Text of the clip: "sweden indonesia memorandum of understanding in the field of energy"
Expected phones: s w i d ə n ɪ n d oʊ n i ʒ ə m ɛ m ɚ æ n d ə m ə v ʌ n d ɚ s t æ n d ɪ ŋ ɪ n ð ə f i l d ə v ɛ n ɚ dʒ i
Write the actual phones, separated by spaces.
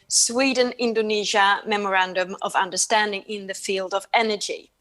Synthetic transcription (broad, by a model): s w i d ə n ɪ n d oʊ n i ʒ ə m ɛ m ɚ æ n d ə m ə v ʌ n d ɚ s t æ n d ɪ ŋ ɪ n ð ə f i l d ə v ɛ n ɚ dʒ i